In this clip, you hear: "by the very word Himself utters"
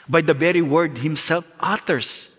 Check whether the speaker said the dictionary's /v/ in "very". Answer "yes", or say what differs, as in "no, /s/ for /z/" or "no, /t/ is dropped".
no, /b/ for /v/